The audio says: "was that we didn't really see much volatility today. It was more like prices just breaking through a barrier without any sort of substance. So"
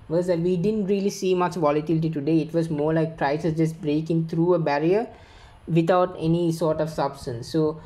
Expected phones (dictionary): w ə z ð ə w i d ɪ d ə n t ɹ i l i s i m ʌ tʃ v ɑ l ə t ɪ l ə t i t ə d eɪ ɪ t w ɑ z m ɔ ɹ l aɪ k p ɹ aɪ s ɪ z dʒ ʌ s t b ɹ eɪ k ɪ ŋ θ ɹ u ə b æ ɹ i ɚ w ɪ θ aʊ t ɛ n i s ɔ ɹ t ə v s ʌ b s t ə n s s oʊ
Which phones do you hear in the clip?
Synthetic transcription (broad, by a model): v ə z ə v i d ɪ d ə n t ɹ i l i s i m ʌ tʃ v ɑ l ə t ɪ l ə t i t ə d eɪ ɪ t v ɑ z m ɔ ɹ l aɪ k p ɹ aɪ s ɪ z dʒ ʌ s t b ɹ eɪ k ɪ ŋ t ɹ u ə b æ ɹ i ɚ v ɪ t aʊ t ɛ n i s ɔ ɹ t ə v s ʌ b s t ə n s s oʊ